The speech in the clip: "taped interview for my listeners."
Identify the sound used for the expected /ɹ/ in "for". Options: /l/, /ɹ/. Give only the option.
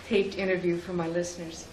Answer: /ɹ/